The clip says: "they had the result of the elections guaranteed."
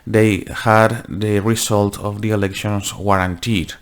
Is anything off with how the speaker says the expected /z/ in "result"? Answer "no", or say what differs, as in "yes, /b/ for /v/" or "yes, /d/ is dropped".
yes, /s/ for /z/